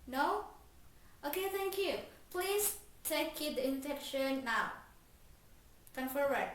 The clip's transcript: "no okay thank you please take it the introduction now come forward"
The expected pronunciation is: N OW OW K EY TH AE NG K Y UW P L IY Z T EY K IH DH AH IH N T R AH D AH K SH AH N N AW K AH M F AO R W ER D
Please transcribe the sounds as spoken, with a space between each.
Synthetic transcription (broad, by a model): N OW OW K EY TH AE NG K Y UW P L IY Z T EY K IH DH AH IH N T AH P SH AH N N AW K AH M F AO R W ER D